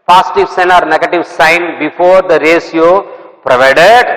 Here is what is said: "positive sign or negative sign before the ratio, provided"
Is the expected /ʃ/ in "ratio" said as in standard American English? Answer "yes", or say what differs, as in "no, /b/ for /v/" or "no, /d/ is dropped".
no, /s/ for /ʃ/